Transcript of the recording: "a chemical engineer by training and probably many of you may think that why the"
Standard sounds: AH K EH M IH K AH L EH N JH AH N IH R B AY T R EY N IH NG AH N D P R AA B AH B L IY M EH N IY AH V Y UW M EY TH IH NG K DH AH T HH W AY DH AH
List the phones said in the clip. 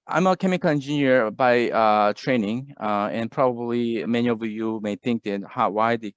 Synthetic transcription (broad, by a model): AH K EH M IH K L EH N JH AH N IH R B AY T R EY N IH NG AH N P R AA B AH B L IY M EH N IY AH V Y UW M EY TH IH NG K DH AH T HH W AY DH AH